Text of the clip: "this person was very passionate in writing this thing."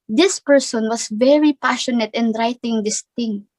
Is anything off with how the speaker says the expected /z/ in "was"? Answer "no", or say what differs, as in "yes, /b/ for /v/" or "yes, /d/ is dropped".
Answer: yes, /s/ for /z/